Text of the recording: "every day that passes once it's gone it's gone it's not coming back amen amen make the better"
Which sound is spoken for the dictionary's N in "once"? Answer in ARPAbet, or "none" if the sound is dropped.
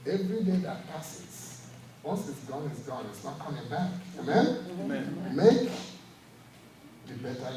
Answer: none